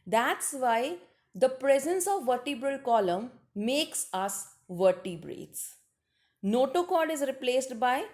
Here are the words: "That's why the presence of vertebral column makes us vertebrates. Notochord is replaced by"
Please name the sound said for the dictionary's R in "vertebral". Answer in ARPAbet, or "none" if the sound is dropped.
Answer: R